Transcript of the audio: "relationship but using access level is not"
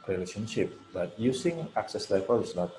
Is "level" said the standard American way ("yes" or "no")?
no